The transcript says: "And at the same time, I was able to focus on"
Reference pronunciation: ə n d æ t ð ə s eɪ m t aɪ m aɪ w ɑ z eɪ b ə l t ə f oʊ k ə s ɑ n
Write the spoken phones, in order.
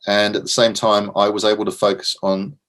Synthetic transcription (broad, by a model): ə n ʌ t ð ə s eɪ m t aɪ m aɪ w ɑ z eɪ b ə l t ə f oʊ k ə s n